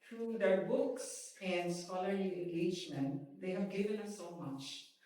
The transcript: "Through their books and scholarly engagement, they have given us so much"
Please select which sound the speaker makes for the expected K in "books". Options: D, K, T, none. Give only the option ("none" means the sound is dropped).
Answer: K